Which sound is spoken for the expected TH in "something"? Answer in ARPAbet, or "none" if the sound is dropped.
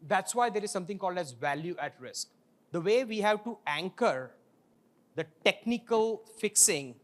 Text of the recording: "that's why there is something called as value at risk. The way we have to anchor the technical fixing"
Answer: T